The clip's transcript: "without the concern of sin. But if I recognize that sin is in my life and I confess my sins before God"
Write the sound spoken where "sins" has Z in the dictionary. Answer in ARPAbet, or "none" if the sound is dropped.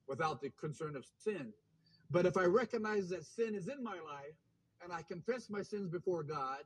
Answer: Z